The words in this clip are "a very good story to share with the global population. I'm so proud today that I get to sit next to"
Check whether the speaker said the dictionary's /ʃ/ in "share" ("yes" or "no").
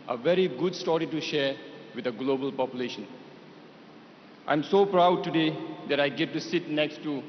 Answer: yes